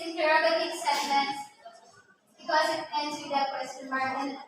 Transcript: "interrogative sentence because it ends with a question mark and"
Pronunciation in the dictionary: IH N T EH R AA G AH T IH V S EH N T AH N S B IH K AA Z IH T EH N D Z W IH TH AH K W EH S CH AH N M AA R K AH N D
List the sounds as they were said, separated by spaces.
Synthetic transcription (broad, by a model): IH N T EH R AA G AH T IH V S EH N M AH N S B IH K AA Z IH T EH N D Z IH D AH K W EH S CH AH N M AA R AH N